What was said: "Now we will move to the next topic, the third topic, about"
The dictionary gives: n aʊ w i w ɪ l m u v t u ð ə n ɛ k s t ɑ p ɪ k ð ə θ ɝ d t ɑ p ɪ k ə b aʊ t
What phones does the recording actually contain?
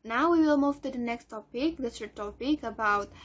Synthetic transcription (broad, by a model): n aʊ w i w ɪ l m u v t u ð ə n ɛ k s t ɑ p ɪ k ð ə s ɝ t ɑ p ɪ k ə b aʊ t